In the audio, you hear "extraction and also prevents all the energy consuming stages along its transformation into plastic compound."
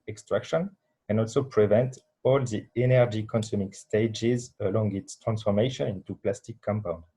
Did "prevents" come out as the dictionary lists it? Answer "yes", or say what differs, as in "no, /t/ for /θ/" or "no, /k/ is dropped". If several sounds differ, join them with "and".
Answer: no, /s/ is dropped